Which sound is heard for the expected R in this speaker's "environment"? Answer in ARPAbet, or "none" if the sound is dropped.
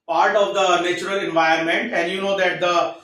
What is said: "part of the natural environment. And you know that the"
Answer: none